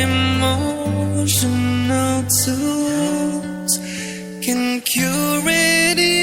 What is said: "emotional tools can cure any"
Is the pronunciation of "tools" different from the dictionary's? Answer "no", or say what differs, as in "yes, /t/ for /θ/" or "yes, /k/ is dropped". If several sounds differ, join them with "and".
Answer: yes, /l/ is dropped